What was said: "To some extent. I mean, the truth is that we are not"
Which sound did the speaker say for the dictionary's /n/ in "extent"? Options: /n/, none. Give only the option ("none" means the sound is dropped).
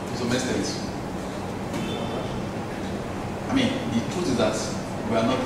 none